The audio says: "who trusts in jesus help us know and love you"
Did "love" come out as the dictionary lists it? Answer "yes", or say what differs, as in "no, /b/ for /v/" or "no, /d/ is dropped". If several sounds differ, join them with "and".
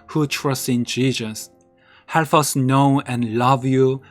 yes